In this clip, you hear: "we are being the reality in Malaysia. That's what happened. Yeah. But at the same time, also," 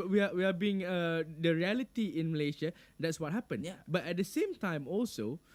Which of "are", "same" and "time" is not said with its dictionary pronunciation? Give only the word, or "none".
are